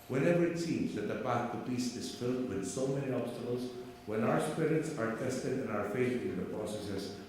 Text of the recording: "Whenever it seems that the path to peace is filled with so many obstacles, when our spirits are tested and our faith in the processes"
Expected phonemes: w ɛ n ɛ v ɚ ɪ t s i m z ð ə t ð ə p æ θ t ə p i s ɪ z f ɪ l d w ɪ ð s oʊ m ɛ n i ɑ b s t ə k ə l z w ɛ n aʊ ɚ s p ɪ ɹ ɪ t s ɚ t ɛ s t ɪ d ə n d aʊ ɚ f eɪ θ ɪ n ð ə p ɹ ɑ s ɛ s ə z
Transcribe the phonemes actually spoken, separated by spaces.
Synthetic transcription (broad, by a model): w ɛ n ɛ v ɚ ɪ t s i m z ð ə t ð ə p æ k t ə b i s ɪ z f ɪ l d w ɪ ð s oʊ m ɛ n i ɑ b s t ə k ə l z w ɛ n aʊ ɚ s p ɪ ɹ ɪ t s ɚ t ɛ s t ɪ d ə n aʊ ɚ f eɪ t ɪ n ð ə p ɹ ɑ s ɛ s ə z